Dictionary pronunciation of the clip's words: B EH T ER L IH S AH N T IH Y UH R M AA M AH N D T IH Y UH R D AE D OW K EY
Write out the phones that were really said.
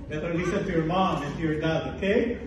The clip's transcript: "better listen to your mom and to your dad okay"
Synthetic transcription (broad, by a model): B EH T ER N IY S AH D T IH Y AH R M AA M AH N T IH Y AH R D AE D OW K EY